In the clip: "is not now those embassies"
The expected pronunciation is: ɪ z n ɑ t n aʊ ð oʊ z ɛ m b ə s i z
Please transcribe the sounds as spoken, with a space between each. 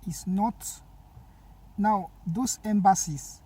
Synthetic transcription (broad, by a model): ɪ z n ɑ t n aʊ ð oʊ s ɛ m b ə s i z